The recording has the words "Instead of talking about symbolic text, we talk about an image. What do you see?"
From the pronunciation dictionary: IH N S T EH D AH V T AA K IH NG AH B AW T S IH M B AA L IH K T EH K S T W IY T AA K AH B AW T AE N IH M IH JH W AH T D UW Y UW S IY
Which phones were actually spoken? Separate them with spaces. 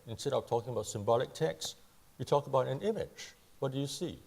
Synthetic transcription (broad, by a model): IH N S T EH D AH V T AA K IH NG AH B AW T S IH M B AA L IH K T EH K S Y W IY T AA K AH B AW T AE N IH M IH JH W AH T D UW Y UW S IY